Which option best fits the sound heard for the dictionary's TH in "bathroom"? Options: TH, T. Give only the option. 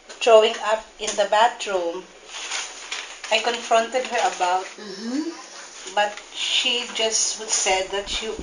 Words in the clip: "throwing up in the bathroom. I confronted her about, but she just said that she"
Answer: T